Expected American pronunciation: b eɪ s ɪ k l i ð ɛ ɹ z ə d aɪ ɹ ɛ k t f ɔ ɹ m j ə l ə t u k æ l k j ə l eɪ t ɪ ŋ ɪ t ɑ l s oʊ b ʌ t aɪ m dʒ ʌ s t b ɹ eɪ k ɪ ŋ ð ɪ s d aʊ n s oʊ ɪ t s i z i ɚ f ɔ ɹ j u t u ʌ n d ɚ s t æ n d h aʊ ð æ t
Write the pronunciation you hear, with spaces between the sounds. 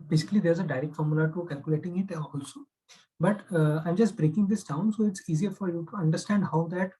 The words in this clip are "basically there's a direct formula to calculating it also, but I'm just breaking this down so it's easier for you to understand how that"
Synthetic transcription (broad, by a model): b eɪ s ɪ k l i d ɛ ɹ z ə d aɪ ɹ ɛ k t f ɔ ɹ m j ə l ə t u k æ l k j ə l eɪ t ɪ ŋ ɪ t ɑ l s oʊ b ʌ t aɪ m dʒ ʌ s t b ɹ eɪ k ɪ ŋ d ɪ s d aʊ n s oʊ ɪ t s i z i ɚ f ɔ ɹ j u t u ʌ n d ɚ s t æ n d h aʊ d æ t